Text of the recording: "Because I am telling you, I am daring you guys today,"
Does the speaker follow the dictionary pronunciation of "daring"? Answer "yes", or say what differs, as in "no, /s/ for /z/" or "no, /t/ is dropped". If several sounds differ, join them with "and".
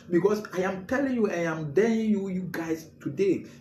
no, /l/ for /ɹ/